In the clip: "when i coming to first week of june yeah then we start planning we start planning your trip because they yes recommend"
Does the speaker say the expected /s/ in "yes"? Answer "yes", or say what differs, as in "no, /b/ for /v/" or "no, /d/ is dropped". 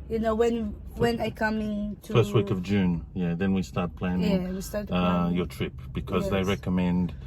no, /s/ is dropped